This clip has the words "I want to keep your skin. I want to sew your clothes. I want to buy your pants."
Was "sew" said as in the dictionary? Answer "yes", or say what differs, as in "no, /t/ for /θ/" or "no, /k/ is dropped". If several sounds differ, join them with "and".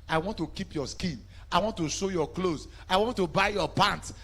no, /ʃ/ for /s/